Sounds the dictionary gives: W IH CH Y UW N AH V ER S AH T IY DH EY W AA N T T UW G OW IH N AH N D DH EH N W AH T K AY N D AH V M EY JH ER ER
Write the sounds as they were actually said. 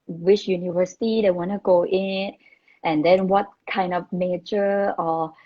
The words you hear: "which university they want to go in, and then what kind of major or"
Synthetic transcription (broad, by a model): W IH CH Y UW N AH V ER S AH T IY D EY W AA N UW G OW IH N AH N D EH N W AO T K AY N D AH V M EY CH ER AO